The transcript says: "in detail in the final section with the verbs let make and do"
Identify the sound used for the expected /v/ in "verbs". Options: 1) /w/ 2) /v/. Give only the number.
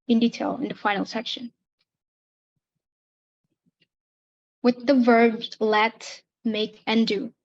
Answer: 2